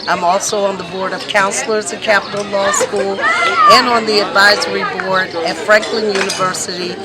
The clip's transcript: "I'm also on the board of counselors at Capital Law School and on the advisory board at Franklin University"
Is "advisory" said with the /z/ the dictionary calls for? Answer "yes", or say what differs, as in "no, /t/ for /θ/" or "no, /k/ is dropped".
yes